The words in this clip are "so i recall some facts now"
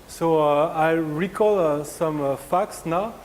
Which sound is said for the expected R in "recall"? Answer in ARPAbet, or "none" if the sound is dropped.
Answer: R